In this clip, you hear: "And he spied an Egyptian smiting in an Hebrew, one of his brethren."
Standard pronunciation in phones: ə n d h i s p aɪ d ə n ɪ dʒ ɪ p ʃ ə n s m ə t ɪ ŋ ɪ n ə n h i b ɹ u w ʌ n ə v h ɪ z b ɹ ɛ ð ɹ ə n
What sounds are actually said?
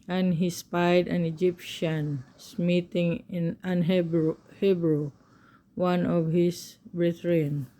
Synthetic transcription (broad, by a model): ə n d h i s p aɪ d ə n ɪ dʒ ɪ p ʃ ə n s m ə t ɪ ŋ ɪ n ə n h i b ɹ u w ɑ n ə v h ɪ s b ɹ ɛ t ɹ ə n